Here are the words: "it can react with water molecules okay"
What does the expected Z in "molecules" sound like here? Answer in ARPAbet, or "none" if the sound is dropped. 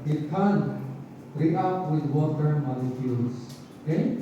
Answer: S